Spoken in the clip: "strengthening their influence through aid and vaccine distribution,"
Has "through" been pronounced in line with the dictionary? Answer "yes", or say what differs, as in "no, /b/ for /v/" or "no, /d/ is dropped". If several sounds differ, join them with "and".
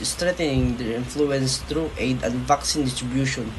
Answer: no, /t/ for /θ/